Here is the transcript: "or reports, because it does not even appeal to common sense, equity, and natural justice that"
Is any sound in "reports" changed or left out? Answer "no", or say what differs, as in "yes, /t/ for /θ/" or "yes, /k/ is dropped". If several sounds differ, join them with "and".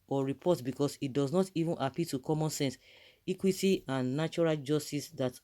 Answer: yes, /s/ is dropped